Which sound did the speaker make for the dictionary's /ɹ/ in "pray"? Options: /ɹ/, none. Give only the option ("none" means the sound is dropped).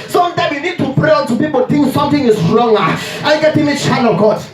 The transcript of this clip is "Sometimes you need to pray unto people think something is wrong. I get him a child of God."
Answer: /ɹ/